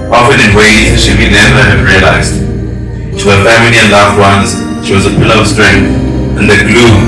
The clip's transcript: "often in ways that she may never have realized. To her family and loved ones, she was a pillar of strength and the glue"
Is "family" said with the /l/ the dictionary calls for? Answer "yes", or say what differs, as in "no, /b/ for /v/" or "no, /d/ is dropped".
yes